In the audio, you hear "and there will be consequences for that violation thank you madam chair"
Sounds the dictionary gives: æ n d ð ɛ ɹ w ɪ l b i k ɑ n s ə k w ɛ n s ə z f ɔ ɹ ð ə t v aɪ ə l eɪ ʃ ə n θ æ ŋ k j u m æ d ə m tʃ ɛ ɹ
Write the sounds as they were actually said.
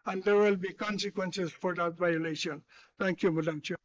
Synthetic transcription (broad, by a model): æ n d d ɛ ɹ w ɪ l b i k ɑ n s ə k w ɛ n s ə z f ɔ ɹ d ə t v aɪ ə l eɪ ʃ ə n t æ ŋ k j u m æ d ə m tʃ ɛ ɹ